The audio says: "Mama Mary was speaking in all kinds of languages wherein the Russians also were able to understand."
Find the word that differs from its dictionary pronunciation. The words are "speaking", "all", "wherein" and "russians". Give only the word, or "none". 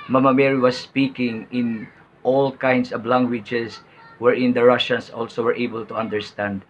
russians